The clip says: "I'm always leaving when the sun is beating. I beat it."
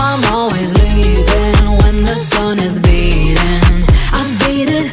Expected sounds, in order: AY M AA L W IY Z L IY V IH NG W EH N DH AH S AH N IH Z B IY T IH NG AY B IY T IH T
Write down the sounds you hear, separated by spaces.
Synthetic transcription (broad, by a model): AY M AA L W IY Z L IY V IH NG W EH N DH AH S AH N IH Z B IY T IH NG AY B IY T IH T